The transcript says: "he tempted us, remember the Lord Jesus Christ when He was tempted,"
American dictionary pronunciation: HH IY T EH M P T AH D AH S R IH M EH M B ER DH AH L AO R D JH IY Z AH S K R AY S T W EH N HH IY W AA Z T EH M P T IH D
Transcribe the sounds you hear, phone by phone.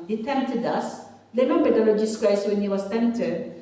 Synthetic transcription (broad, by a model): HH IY T EH M P T AH D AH S L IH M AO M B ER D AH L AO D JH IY S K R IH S W EH N HH IY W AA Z T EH M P T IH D